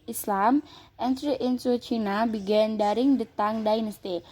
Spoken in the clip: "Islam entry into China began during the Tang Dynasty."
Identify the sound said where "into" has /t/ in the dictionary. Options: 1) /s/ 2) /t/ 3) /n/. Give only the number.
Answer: 1